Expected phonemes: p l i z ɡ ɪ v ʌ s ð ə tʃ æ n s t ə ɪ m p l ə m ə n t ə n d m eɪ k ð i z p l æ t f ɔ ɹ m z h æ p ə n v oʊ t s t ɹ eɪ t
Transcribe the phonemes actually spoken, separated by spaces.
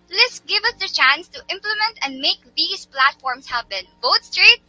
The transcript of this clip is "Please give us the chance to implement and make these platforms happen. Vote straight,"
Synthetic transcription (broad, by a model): l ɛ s ɡ ɪ v ʌ s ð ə tʃ æ n s t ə ɪ m p l ə m ə n t ə n d m eɪ k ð i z p l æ t f ɔ ɹ m s h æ b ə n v oʊ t s t ɹ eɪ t